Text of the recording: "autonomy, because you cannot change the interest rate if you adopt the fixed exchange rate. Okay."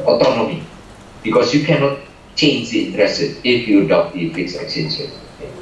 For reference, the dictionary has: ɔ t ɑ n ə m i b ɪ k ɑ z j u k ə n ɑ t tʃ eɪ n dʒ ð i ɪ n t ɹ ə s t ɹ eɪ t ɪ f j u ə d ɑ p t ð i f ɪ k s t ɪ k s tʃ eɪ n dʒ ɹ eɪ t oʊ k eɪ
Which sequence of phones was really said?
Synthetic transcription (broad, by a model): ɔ t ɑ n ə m i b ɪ k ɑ s j u k ə n ɑ t tʃ eɪ n dʒ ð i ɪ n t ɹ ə s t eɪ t ɪ f j u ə d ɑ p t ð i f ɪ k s ɪ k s eɪ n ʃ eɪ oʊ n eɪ